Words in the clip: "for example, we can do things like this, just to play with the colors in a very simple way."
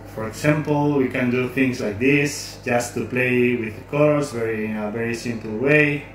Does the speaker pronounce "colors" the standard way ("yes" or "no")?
no